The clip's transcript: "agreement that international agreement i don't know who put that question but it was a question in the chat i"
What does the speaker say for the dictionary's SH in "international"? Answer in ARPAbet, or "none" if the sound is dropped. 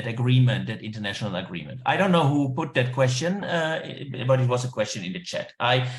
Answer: SH